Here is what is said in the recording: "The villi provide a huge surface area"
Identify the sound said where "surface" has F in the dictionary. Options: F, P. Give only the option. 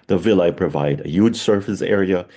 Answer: F